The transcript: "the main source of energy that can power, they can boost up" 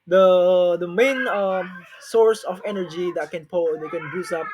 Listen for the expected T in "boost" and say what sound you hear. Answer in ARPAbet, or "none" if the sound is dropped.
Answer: none